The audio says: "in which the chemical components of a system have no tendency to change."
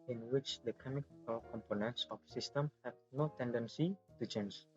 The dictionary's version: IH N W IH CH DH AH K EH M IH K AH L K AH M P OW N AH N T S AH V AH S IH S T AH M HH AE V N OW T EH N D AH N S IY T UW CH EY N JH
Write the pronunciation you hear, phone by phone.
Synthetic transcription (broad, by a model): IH N W IH CH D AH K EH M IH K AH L K AH M P OW N AH N T S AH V S IH S T AH M HH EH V N OW T EH N D AH N S IY T UW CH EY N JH